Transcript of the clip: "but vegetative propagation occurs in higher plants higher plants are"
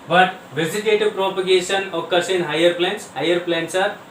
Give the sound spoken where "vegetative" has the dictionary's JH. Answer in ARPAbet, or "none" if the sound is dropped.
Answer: Z